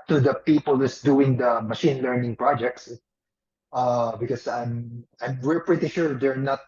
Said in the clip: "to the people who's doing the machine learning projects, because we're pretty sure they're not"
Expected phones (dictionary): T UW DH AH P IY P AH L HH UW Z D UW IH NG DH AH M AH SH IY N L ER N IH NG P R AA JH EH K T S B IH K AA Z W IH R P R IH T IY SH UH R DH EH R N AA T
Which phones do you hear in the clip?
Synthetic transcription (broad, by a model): T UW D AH P IY P AH L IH S D UW IH NG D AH M AH SH IY N L ER N IH NG P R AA JH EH K T S B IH K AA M W IH R P R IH T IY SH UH R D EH R N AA T